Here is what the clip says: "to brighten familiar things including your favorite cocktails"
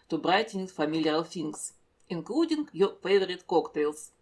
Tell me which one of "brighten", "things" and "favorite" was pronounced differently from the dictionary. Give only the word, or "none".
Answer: things